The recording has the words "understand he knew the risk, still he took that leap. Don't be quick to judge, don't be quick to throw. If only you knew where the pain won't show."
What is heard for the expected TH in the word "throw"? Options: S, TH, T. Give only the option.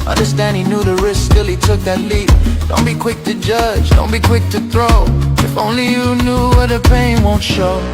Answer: TH